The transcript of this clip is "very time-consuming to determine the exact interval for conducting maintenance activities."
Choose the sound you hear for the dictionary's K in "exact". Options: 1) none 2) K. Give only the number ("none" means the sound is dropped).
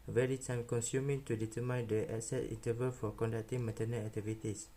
1